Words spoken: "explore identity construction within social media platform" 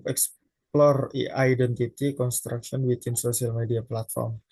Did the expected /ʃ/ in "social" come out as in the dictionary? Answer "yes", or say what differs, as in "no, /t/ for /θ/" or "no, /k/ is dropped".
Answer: no, /s/ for /ʃ/